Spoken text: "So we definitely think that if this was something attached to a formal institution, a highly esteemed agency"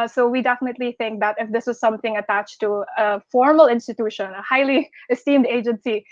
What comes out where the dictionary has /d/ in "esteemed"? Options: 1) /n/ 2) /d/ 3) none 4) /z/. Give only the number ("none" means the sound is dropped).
2